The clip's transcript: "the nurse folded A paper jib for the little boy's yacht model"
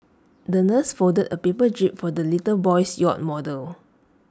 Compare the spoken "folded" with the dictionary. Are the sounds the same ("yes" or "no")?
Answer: no